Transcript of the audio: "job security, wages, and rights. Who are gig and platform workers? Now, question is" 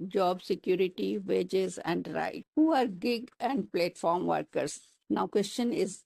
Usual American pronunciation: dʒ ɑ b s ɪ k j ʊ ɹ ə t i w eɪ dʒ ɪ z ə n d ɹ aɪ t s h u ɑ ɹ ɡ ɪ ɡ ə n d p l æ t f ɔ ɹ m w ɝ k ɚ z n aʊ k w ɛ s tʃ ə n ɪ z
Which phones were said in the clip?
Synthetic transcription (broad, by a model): dʒ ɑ b s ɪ k j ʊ ɹ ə t i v eɪ dʒ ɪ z ə n d ɹ aɪ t h u ɑ ɹ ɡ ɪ ɡ ə n d p l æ t f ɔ ɹ m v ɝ k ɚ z n aʊ k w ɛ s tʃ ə n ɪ z